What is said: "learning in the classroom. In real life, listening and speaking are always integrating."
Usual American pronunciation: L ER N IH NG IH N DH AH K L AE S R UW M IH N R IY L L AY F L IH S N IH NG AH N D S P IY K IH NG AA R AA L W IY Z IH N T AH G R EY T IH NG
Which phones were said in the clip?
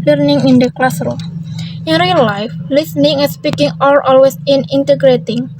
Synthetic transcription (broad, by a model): L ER N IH NG IH N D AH K L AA S R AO IH N R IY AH L AY F L IH S N IH NG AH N S P IY K IH NG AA L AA L W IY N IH N T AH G R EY T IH NG